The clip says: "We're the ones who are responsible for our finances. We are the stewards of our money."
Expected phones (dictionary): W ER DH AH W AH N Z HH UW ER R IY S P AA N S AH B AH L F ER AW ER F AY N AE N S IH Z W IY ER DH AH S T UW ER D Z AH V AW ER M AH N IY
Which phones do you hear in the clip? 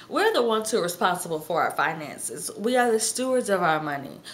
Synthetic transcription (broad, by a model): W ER DH AH W AH N Z HH UW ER R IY S P AA N S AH B L F ER AW ER F AY N AE N S IH Z W IY ER DH AH S T UW ER D Z AH V AW ER M AH N IY